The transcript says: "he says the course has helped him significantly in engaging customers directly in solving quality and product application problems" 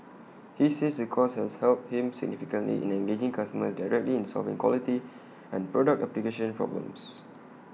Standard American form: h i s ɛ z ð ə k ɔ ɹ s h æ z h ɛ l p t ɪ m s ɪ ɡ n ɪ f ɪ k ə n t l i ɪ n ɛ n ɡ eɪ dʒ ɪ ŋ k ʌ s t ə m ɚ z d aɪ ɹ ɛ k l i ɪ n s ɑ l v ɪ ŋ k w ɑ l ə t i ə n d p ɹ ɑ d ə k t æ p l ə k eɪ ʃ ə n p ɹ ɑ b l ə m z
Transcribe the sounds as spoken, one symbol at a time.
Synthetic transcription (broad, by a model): h i s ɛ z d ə k ɔ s h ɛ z h ɛ l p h ɪ m s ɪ ɡ n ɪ f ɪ k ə n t l i ɪ n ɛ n ɡ eɪ dʒ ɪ ŋ k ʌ s t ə m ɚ s d aɪ ɹ ɛ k l i ɪ n s ɑ l v ɪ ŋ k w ɑ l ə t i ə n p ɹ ɑ d ə k t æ p l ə k eɪ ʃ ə n p ɹ ɑ b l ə m s